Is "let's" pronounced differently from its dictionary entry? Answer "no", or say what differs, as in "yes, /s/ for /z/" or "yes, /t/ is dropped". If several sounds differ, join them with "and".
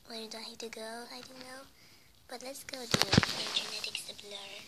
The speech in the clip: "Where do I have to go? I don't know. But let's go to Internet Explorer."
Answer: no